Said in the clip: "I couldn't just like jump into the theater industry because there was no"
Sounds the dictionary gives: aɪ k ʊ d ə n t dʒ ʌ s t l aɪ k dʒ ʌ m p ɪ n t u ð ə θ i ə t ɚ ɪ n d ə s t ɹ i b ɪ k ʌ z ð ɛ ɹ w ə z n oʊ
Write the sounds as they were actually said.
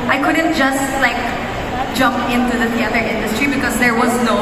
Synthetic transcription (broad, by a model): aɪ k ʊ d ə n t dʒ ʌ s t l aɪ k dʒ ʌ m p ɪ n t u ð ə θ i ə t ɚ ɪ n d ə s t ɹ i b ɪ k ʌ z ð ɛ ɹ w ə z n oʊ